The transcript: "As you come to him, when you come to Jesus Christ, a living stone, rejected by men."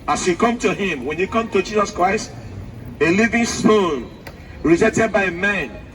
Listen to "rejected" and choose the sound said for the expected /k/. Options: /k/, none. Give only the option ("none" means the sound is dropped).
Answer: none